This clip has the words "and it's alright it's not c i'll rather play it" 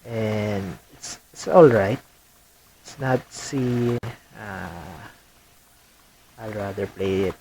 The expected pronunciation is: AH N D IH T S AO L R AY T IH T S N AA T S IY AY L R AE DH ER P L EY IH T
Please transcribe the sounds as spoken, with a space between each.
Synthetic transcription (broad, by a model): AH N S IH T S AO L R AY T IH T S N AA T S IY AY L R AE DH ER P L EY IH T